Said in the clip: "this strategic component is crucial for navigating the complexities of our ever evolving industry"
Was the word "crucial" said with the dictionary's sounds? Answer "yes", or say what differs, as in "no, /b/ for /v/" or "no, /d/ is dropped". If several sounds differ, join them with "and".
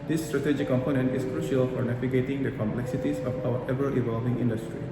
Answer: yes